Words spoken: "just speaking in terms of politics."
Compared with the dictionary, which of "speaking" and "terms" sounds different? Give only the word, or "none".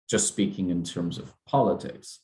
none